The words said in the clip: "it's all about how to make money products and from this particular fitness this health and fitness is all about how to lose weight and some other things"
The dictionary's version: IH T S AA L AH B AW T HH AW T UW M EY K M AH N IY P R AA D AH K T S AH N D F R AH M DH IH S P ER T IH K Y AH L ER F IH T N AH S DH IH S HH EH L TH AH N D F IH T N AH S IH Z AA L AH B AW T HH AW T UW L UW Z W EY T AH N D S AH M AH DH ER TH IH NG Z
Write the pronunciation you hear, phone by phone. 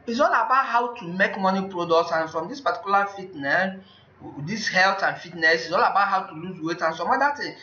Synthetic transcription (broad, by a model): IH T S AA L AH B AW T HH AW T UW M EY K M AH N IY P R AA D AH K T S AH N F R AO M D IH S P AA T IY K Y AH L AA F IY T N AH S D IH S HH EH L T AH N F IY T N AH S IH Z AA L AH B AW T HH AW T UW L UW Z W EY T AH N S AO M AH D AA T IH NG